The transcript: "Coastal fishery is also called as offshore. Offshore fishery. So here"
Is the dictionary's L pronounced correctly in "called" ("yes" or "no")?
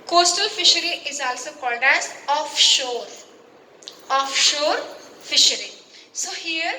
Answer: no